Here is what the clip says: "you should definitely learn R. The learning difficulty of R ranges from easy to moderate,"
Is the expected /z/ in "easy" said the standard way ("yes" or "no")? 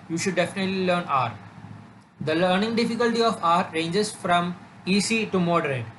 no